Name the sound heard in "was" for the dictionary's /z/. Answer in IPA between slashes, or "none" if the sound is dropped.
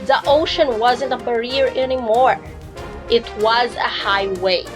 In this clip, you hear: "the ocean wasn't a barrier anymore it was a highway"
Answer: /z/